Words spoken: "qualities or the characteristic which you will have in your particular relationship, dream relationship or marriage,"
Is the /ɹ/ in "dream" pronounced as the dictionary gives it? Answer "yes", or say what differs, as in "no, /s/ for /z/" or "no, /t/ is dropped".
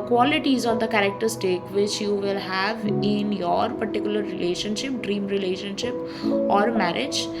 yes